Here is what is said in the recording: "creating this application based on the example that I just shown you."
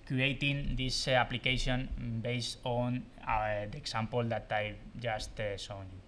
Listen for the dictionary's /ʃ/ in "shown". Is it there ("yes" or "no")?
no